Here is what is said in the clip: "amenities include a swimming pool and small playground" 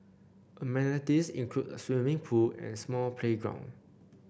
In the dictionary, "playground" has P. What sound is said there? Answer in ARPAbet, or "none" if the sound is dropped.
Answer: P